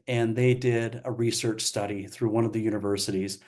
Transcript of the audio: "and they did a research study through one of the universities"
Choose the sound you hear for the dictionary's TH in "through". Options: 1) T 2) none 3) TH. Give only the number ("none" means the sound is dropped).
3